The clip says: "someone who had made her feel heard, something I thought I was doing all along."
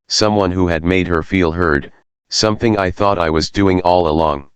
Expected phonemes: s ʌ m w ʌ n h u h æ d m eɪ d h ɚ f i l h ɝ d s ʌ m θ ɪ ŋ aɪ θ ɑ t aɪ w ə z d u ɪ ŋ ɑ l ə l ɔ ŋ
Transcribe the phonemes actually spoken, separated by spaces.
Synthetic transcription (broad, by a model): s ʌ m w ʌ n h u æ d m eɪ d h ɚ f i l h ɝ d s ʌ m θ ɪ ŋ aɪ θ ɑ t aɪ w ə z d u ɪ ŋ ɑ l ə l ɔ ŋ